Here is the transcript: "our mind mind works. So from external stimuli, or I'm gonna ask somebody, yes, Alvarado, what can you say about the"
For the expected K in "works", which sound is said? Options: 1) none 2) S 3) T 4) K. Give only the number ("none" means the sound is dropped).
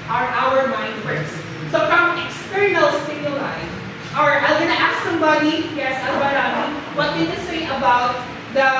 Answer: 1